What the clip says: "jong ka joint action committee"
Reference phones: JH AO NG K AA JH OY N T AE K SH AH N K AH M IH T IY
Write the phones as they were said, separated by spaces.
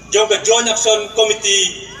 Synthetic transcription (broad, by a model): JH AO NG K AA JH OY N AA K S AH N K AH M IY T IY